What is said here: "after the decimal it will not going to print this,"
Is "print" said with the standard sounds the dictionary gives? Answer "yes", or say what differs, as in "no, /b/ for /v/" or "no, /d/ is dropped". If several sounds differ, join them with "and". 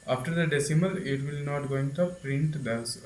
yes